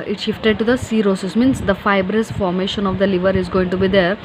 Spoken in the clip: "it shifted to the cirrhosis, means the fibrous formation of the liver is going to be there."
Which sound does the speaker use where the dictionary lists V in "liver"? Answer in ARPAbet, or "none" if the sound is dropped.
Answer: V